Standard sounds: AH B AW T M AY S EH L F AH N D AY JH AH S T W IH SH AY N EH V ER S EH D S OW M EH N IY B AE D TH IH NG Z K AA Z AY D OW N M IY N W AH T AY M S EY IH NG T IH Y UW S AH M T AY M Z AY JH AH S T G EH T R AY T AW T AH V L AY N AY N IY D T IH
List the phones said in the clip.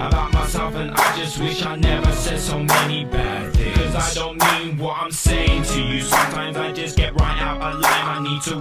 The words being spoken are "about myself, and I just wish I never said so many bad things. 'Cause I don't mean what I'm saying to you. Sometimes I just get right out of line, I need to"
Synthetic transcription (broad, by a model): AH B AW T M AY S EH L F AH N AY JH AH S T W IH SH AY N EH V ER S EH D S OW M EH N IY B AE D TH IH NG K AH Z AY D OW N M IY N W AH T AY M S EY IH NG T IH Y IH S AH M T AY M Z AY JH AH S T G EH T R AY T AW T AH L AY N AY N IY D T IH